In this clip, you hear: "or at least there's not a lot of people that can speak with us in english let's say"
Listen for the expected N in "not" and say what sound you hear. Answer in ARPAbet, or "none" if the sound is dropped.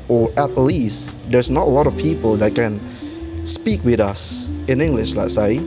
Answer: N